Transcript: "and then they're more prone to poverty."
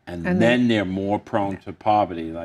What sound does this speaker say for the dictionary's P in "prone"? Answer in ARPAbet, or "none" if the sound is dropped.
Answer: P